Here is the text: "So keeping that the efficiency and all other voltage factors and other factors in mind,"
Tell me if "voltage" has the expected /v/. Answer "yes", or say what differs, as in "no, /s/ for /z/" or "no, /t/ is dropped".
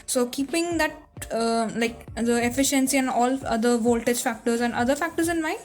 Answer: yes